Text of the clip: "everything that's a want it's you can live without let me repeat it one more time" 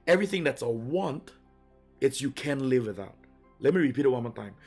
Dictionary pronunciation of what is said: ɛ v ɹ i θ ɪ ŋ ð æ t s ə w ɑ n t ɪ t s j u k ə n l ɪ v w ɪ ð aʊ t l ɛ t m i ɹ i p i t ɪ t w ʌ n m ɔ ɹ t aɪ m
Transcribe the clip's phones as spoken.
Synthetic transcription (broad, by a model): ɛ v ɹ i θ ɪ ŋ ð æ t s ə w ɑ n t ɪ t s j u k ə n l ɪ v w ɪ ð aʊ t l ɛ t m i ɹ i p i t ɪ t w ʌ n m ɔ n t aɪ m